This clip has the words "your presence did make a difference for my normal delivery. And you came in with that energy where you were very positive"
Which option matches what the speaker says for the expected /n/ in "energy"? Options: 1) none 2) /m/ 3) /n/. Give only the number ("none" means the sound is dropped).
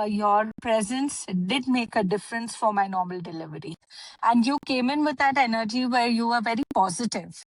3